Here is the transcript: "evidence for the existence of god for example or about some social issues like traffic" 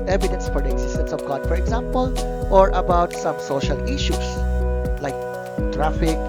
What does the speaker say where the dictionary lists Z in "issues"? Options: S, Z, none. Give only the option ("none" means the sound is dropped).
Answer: S